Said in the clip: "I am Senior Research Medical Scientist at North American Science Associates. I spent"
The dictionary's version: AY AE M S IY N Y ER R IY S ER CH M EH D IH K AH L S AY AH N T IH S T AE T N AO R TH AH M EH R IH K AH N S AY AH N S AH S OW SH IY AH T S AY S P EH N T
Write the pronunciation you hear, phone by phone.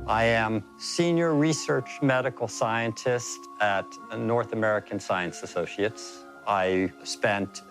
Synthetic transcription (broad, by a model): AY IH M S IY N Y ER R IY S ER CH M EH D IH K L S AY AH N T IH S T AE T N AO R TH AH M EH R IH K AH N S AY AH N S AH S OW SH IY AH T S AY S P EH N T